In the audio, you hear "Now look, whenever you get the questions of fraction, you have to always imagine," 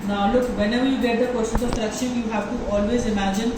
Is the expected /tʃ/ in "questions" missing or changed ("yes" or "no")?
yes